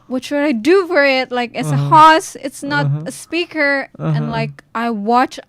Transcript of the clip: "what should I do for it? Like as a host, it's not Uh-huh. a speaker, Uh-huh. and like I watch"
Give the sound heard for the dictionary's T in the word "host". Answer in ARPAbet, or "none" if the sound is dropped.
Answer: none